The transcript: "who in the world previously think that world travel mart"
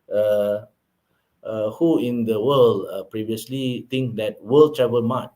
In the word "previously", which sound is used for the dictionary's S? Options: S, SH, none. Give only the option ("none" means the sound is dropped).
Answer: S